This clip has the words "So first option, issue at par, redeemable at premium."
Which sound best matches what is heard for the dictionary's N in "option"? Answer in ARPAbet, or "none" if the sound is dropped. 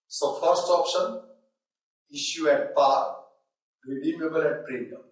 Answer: N